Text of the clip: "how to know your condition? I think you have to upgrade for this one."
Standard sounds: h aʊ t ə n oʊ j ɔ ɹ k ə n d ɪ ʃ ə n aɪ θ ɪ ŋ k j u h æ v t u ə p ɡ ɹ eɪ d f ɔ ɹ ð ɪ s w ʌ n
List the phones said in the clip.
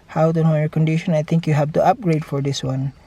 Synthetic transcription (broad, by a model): h aʊ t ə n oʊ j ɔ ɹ k ə n d ɪ ʃ ə n aɪ t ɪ ŋ k j u h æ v t u ə p ɡ ɹ eɪ d f ɔ ɹ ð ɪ s w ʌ n